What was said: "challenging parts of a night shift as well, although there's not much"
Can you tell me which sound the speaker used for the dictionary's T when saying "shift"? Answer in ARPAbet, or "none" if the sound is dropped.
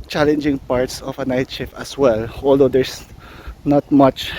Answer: none